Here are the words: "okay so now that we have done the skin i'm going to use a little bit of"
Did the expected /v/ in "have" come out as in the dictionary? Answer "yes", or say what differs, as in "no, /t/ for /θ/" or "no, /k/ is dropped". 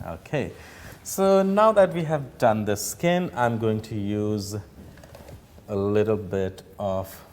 yes